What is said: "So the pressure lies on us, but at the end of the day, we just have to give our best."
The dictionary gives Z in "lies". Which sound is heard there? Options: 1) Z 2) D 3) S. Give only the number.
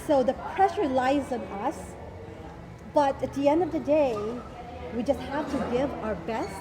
1